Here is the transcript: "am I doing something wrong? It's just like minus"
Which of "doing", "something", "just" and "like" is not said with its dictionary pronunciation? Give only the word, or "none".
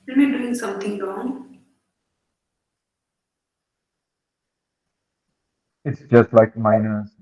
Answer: something